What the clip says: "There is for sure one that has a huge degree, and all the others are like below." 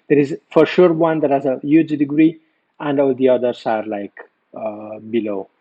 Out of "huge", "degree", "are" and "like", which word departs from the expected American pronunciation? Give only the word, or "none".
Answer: none